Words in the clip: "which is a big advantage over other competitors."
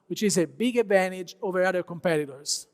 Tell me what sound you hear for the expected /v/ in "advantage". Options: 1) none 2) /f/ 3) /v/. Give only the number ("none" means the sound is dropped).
3